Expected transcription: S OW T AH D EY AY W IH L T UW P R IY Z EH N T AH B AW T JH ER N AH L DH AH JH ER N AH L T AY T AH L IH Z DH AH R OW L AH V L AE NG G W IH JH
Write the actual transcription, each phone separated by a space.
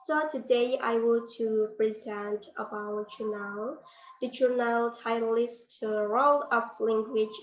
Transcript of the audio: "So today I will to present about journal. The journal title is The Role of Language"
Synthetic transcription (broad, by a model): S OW T AH D EY AY W IH L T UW P R IY Z EH N T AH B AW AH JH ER N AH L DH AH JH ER N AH L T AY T L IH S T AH R OW L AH P L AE NG G W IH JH